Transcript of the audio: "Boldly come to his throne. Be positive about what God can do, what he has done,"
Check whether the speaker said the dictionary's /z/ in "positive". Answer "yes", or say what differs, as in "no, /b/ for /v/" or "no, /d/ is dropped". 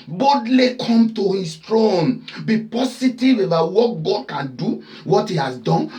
no, /s/ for /z/